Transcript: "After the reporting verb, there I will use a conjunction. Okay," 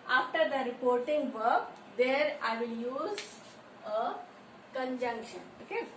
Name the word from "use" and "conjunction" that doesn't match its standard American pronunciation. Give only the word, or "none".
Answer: none